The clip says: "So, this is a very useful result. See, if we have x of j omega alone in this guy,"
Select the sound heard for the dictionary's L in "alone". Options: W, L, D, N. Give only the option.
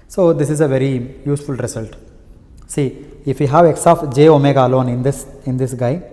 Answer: N